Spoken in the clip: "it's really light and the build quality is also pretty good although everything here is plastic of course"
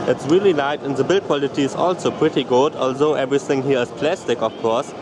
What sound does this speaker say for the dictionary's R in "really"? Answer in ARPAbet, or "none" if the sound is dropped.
R